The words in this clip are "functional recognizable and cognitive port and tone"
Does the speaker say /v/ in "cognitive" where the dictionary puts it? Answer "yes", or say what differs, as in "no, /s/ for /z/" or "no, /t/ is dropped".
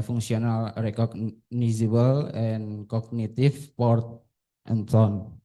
no, /f/ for /v/